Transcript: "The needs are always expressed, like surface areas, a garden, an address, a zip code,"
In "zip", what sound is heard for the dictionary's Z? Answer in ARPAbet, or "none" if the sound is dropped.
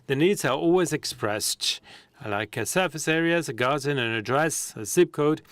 S